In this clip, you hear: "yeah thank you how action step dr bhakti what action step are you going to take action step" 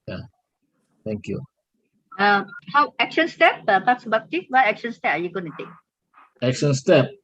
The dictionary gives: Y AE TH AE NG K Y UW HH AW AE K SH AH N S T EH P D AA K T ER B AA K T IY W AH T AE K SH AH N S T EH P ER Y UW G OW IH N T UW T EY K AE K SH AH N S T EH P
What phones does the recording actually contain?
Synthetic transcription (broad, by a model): Y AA T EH NG K Y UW HH AW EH K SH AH N S T EH P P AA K S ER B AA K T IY W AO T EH K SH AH N S T EH P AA Y UW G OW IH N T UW T EY K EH K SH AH N S T EH P